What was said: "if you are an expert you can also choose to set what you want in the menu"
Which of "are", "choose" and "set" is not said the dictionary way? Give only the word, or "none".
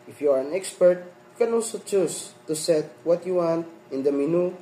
choose